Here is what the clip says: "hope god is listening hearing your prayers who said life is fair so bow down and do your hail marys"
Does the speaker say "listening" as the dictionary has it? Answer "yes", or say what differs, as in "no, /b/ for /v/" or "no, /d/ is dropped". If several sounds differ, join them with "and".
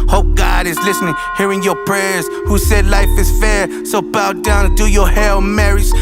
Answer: yes